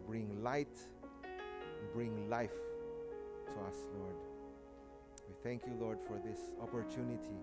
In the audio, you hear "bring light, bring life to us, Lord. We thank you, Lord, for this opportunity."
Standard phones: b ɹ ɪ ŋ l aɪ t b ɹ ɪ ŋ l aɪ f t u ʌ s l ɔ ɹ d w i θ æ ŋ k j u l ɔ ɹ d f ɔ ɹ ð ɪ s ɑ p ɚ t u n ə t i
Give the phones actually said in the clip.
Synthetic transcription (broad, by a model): b ɹ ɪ ŋ l aɪ t b ɹ ɪ ŋ l aɪ f t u ʌ s l ɔ ɹ d w i θ æ ŋ k j u l ɔ ɹ d f ɔ ɹ ð ɪ s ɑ p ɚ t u n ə t i